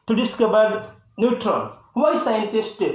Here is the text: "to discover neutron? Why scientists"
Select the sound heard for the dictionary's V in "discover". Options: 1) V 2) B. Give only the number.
2